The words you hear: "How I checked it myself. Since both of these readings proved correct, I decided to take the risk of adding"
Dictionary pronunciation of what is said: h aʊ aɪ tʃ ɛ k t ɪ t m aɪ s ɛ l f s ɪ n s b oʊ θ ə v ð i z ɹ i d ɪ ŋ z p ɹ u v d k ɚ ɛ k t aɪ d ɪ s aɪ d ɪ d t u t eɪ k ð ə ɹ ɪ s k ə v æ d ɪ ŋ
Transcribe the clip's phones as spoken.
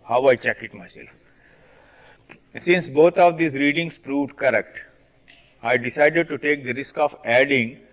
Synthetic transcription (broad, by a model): h aʊ aɪ tʃ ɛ k ɪ t m aɪ s ɛ l f s ɪ n s b oʊ t ə v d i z ɹ i d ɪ ŋ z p ɹ u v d k ɚ ɛ k t aɪ d ɪ s aɪ d ɪ d t u t eɪ k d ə ɹ ɪ s k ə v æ d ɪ ŋ